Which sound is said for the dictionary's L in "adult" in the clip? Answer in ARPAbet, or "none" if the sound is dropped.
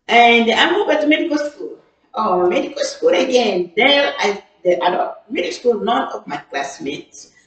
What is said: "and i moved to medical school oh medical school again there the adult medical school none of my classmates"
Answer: none